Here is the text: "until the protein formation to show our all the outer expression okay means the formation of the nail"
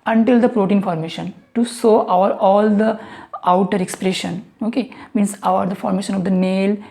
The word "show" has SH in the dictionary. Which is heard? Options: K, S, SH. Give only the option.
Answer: S